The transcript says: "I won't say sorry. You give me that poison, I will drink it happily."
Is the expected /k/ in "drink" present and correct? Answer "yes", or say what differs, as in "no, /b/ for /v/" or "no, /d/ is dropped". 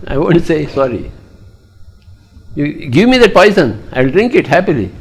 yes